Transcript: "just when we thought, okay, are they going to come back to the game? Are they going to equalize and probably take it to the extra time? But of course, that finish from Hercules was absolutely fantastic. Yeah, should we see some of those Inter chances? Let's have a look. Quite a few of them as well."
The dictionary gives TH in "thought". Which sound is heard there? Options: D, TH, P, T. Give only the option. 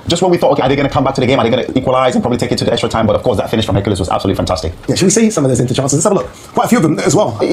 TH